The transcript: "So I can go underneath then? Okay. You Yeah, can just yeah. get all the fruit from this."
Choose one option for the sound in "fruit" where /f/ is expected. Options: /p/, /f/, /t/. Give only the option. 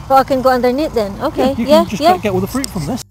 /f/